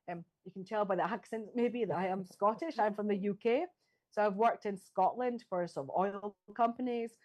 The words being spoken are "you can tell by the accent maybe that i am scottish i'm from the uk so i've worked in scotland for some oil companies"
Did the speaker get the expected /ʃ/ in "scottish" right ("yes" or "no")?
yes